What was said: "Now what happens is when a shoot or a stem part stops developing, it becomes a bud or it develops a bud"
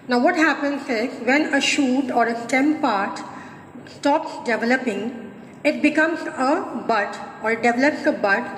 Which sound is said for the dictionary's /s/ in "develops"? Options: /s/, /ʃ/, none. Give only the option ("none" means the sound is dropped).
/s/